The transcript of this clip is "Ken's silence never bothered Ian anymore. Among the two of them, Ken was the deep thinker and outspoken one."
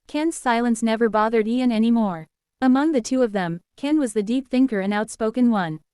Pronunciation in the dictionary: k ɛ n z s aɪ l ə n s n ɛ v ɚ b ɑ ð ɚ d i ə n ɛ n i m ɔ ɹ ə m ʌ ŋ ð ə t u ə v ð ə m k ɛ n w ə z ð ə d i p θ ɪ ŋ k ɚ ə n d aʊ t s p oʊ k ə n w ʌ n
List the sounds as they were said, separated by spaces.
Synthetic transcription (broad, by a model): k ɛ n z s aɪ l ə n s n ɛ v ɚ b ɑ ð ɚ d i ə n ɛ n i m ɔ ɹ ə m ʌ ŋ ð ə t u ə v ð ə m k ɛ n w ə z ð ə d i p θ ɪ ŋ k ɚ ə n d aʊ t s p oʊ k ə n w ʌ n